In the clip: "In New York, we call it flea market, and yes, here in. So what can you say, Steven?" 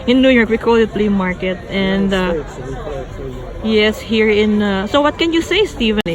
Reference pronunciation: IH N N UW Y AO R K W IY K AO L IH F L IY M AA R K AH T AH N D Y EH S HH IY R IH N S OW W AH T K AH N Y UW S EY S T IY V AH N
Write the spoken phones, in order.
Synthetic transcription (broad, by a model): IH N N UW Y AO R K W IY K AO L IH P L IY M AA R K AH T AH N D Y EH S HH IY R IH N S OW W AH T K AH N Y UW S EY S T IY V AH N